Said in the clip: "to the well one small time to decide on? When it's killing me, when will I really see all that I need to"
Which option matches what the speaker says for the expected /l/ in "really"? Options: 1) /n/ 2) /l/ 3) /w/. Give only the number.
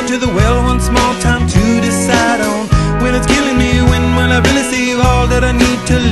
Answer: 1